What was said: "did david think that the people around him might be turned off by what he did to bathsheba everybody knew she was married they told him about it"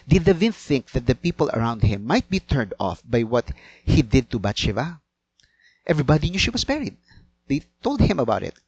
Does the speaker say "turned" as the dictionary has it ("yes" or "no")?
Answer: yes